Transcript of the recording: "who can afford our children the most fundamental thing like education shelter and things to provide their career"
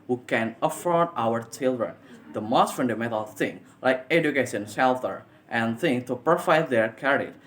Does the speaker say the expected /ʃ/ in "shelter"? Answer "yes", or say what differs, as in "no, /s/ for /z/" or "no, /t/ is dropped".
no, /s/ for /ʃ/